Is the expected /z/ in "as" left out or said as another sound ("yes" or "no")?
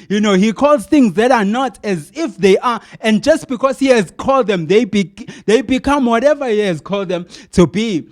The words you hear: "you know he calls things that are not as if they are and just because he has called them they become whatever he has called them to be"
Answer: no